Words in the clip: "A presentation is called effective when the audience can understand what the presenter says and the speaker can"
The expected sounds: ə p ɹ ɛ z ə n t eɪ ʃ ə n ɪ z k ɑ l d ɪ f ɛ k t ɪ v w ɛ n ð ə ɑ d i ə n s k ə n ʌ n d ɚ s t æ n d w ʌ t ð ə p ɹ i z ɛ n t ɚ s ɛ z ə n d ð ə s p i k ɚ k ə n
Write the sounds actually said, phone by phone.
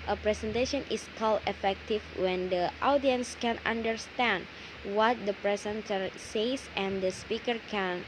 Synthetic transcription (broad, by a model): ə p ɹ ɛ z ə n t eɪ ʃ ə n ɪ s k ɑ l ɪ f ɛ k t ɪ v w ɛ n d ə ɑ d i ə n s k ə n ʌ n d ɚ s t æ n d w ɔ t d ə p ɹ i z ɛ n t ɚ s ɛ s ə n d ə s p i k ɚ k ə n